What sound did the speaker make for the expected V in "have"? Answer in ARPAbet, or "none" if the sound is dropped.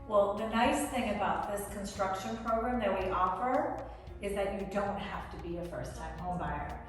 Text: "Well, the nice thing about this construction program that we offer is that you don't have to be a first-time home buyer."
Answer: F